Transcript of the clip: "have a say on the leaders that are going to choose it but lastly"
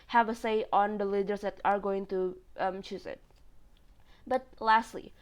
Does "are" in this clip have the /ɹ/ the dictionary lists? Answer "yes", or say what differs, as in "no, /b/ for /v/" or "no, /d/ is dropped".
yes